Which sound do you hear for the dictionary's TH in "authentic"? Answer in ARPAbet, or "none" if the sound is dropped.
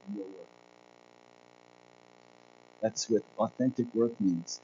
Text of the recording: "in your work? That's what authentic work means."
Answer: TH